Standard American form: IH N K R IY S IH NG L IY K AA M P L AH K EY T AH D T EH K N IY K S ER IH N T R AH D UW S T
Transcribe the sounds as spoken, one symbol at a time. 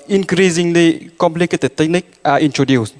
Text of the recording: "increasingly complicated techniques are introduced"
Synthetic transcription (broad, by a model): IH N K R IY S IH NG L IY K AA M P L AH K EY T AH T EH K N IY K ER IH N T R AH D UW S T